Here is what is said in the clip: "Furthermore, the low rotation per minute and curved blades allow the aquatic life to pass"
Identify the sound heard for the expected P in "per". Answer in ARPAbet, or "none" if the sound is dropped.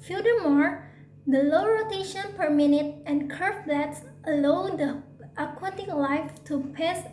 P